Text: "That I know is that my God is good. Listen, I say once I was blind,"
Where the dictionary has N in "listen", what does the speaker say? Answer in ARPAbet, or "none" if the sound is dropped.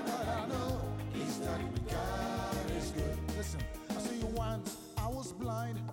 N